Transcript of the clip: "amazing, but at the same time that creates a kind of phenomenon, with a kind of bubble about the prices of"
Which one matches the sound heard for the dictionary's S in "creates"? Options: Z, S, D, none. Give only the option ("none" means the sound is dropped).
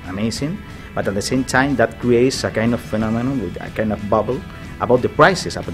S